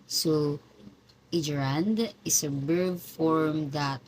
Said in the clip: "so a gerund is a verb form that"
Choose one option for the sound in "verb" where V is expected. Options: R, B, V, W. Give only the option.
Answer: B